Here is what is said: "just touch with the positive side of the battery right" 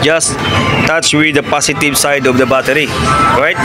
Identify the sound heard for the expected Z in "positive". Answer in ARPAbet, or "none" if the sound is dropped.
S